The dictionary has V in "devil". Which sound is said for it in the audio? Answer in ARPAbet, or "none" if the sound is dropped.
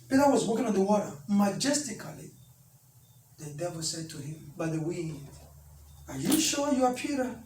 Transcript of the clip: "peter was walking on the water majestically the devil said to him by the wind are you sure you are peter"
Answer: V